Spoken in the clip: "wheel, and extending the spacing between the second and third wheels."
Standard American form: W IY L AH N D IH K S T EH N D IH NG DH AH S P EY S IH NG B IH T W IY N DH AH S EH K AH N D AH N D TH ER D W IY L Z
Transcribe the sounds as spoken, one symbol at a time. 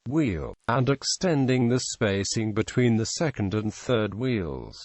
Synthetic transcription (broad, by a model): W IY L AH N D IH K S T EH N D IH NG DH AH S P EY S IH NG B IH T W IY N DH AH S EH K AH N D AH N TH ER D W IY L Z